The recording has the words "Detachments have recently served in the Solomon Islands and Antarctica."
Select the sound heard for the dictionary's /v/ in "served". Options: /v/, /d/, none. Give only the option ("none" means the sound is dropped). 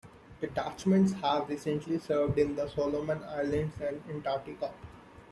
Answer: /v/